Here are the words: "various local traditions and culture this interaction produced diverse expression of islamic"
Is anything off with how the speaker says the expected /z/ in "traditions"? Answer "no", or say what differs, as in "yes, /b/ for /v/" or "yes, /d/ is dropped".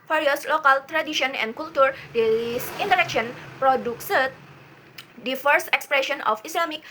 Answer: yes, /z/ is dropped